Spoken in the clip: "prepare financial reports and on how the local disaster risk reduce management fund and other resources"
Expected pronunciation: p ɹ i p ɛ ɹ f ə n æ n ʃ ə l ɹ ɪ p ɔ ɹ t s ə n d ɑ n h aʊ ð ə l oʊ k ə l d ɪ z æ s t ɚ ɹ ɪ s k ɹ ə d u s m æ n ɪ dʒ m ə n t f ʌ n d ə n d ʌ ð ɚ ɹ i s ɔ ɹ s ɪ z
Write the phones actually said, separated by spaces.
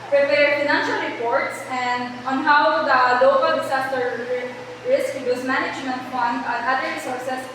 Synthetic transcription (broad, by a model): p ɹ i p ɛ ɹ f ə n æ n ʃ ə l ɹ ɪ p ɔ ɹ t s ə n d ɑ n h aʊ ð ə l oʊ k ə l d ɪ s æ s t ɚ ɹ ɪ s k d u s m æ n ɪ dʒ m ə n t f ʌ n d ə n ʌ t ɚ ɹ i s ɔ ɹ s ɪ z